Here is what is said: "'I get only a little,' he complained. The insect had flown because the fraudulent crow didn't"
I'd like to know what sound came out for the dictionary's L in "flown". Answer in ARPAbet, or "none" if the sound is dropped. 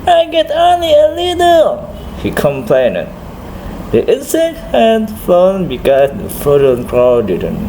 none